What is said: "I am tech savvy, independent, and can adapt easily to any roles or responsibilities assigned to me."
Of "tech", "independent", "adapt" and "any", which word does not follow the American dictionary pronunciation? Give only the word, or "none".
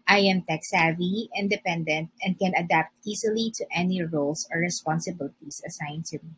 none